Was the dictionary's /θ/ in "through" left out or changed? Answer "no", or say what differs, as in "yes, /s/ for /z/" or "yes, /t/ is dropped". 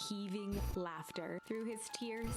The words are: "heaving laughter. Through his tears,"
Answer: no